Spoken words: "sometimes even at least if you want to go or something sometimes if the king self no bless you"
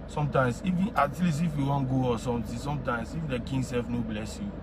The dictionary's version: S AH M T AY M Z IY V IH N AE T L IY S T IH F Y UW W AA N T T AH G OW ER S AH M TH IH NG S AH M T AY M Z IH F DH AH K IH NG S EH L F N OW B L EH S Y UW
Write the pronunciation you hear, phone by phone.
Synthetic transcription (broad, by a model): S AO M T AY M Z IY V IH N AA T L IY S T IH F Y UW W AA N G OW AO S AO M T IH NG S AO M T AY M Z IH F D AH K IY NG S EH L F N OW B L EH S Y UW